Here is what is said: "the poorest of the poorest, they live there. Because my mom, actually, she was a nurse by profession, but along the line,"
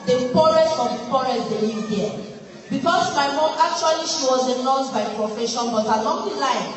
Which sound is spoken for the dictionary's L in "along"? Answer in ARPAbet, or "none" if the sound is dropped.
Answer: N